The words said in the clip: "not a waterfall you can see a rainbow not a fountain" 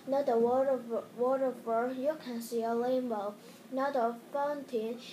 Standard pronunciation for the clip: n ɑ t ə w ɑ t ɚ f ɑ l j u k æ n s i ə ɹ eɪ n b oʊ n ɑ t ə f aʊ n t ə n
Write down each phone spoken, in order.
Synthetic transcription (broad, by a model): n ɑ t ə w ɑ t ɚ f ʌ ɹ j u k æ n s i ə l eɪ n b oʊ n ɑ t ə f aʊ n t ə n